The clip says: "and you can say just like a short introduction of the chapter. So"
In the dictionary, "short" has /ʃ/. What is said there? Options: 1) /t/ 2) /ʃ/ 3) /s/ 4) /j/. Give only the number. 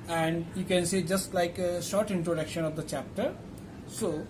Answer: 2